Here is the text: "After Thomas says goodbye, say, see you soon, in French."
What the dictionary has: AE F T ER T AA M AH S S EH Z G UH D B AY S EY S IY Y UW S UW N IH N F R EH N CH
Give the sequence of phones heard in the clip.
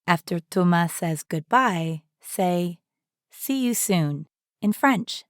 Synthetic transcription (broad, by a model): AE F T ER T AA M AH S S EH Z G UH D B AY S EY S IY Y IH S UW N IH N F R EH N CH